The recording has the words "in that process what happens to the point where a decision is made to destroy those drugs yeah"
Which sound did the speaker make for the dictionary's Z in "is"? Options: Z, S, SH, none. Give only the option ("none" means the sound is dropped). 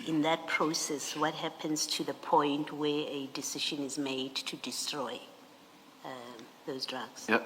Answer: Z